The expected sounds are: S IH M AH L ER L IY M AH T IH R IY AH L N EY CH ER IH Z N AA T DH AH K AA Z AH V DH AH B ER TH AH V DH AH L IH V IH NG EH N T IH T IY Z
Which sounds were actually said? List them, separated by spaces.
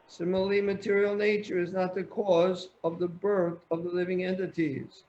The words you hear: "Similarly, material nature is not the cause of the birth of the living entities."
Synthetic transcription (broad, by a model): S IH M L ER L IY M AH T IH R IY L N EY CH ER IH Z N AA T DH AH K AA Z AH V DH AH B ER TH AH V DH AH L IH V IH NG EH N T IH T IY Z